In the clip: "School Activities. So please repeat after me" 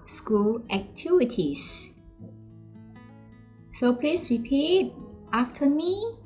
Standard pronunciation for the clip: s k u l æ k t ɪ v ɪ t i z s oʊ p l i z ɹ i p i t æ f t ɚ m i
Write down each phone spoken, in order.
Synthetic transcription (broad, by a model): s k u l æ k t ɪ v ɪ t i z s oʊ p l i s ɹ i p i t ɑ f t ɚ m i